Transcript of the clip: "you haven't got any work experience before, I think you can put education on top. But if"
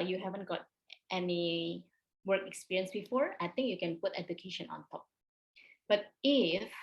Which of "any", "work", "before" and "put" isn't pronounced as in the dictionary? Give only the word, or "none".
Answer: none